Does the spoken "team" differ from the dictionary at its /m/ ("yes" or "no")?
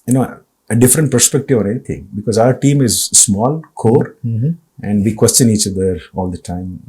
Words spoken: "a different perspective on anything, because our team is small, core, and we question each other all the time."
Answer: no